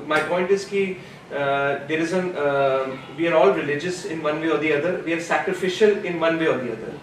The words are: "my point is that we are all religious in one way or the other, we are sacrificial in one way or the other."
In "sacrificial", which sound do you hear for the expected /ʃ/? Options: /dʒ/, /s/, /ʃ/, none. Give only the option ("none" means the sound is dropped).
/ʃ/